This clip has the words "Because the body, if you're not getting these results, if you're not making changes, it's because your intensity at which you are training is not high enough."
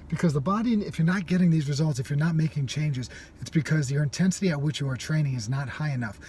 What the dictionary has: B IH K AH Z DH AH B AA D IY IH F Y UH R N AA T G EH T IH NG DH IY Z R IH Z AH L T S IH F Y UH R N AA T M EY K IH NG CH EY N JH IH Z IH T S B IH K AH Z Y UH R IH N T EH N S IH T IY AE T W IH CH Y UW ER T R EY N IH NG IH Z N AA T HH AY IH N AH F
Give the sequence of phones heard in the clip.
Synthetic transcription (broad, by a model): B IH K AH Z DH AH B AA D IY IH F Y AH R N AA T G EH T IH NG DH IY Z R IH Z AH L T S IH F Y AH R N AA T M EY K IH NG CH EY N JH IH Z IH T S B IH K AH Z Y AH R IH N T EH N S IH T IY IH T W IH CH Y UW ER T R EY N IH NG IH Z N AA T HH AY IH N AH F